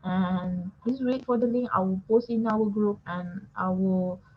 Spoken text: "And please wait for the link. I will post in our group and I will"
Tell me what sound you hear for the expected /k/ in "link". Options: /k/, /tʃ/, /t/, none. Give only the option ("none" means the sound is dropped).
none